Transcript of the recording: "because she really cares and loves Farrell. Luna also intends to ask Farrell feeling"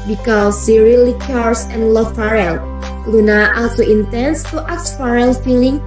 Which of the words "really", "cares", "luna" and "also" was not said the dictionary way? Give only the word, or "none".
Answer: cares